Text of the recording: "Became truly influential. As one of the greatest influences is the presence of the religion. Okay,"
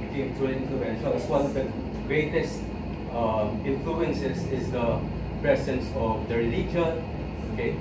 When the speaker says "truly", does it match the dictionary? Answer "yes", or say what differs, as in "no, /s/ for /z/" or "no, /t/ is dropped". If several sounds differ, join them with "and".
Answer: no, /ɹ/ is dropped